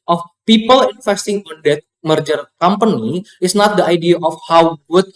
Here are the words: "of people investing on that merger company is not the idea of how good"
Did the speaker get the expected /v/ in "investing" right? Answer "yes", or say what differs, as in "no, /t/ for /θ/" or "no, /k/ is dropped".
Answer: no, /f/ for /v/